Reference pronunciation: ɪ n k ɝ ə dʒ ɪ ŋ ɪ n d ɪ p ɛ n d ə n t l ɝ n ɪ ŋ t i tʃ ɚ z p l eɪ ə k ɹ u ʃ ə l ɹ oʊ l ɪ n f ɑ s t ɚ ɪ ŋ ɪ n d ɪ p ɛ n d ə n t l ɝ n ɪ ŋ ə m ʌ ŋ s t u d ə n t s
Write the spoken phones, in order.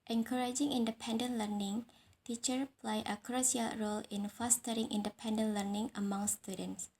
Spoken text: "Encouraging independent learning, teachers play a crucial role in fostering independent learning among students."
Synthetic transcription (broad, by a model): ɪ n k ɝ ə dʒ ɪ ŋ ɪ n d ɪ p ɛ n d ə n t l ɝ n ɪ ŋ t i tʃ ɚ p l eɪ ə k ɹ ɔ s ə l ɹ oʊ l ɪ n f ɑ s t ɚ ɪ ŋ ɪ n d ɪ p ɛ n d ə n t l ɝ n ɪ ŋ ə m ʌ ŋ s t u d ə n t s